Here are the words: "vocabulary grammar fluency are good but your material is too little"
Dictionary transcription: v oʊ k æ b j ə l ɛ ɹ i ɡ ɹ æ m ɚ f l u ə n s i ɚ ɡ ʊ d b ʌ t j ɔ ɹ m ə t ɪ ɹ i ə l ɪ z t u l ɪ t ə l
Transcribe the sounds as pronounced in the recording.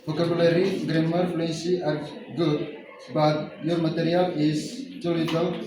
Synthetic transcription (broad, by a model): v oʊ k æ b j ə l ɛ ɹ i ɡ ɹ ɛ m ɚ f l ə s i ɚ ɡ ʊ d b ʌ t j ɔ ɹ m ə t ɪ ɹ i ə l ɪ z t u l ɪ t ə l